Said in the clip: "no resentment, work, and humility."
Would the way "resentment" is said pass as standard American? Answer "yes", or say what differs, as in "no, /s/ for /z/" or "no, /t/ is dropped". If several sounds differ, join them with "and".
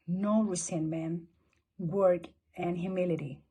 no, /s/ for /z/